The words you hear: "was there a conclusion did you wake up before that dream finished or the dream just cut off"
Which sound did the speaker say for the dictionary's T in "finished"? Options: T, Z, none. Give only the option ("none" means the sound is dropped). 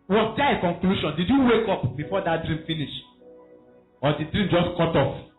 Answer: none